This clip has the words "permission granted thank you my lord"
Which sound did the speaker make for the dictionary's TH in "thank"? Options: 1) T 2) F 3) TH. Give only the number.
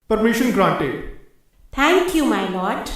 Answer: 1